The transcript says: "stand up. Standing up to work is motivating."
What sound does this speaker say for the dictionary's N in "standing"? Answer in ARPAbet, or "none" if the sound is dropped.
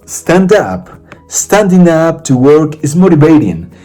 N